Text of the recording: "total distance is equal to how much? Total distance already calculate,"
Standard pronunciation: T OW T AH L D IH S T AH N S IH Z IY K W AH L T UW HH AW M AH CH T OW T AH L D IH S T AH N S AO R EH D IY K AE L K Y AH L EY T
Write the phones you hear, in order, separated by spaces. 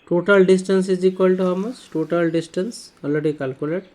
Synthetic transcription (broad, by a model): T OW T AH L D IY S T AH N S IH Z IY K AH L T UW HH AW M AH S T OW T AH L D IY S T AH N S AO L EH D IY K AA L K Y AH L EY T